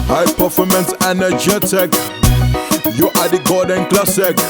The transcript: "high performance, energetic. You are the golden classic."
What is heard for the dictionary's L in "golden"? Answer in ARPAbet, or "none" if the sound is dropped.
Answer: none